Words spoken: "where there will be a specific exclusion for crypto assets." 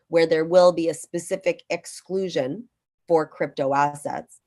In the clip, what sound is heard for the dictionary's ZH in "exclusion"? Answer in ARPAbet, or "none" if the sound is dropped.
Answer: ZH